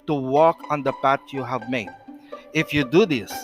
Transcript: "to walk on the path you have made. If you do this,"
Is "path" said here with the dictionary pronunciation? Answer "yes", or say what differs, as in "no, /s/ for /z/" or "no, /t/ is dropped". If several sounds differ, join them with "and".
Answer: no, /t/ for /θ/